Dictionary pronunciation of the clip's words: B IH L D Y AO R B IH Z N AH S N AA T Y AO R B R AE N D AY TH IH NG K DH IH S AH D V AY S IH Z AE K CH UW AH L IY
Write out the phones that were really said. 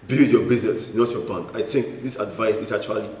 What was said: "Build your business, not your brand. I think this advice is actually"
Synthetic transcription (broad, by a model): B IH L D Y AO B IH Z N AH S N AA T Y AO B AA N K AY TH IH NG K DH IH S AH D V AY S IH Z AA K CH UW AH L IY